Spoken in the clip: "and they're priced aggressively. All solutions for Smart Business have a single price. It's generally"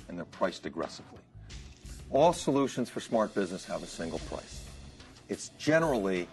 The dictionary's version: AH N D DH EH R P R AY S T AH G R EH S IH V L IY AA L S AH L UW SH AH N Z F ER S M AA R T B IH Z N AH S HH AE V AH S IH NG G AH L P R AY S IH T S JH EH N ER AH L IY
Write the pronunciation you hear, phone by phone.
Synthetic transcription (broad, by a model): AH N DH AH R P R AY S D AH G R EH S IH V L IY AA L S AH L UW SH AH N Z F ER S M AA R T B IH Z N AH S HH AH V AH S IH NG G L P R AY S IH T S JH EH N ER L IY